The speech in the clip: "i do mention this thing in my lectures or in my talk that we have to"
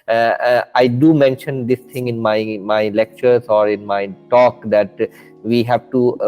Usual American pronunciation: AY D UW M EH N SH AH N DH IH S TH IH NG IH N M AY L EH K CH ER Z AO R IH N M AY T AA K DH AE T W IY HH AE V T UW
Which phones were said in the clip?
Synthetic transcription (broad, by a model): AY D UW M EH N SH AH N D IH S T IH NG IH N M AY L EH K CH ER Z AO R IH N M AY T AA K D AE T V IY HH AE V T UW